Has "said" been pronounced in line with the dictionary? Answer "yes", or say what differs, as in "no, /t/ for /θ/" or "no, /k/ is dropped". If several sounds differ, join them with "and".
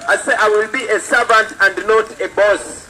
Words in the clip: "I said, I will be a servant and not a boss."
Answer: no, /d/ is dropped